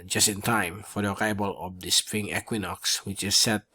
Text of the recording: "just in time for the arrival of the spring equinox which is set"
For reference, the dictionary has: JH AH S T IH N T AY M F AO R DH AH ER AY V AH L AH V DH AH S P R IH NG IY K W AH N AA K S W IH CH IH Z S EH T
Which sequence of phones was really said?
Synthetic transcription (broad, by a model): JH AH S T IH N T AY M F AO R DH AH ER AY B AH L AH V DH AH S P R IH NG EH K W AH N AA K S W IH CH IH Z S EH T